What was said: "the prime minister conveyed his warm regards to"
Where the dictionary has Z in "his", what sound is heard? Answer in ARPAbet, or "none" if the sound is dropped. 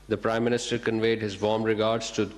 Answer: Z